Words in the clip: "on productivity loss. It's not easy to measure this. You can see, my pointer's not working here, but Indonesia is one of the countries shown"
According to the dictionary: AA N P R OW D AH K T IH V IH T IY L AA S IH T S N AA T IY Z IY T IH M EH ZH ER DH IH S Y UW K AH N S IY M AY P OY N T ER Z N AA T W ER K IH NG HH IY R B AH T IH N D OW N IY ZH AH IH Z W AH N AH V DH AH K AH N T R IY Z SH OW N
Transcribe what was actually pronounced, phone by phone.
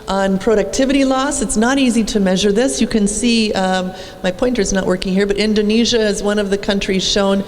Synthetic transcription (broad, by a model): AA N P R OW D AH K T IH V IH T IY L AA S IH T S N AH T IY Z IY T IH M EH ZH ER DH IH S Y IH K AH N S IY M AY P OY N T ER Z N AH T W ER K IH NG HH IY R B AH T IH N D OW N IY ZH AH IH Z W AH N AH V DH AH K AH N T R IY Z SH OW N